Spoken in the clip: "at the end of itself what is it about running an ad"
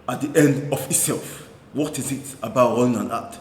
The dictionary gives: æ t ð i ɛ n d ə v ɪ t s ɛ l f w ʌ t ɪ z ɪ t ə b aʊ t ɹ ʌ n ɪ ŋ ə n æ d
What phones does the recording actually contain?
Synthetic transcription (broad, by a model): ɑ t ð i ɛ n d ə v ɪ t s ɛ l f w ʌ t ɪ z ɪ t ə b aʊ t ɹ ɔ ɪ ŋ ə n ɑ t